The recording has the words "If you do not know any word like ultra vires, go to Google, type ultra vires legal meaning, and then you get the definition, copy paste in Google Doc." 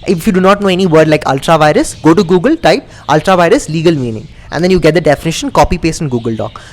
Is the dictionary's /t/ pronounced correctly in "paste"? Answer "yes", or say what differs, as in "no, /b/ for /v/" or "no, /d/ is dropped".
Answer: no, /t/ is dropped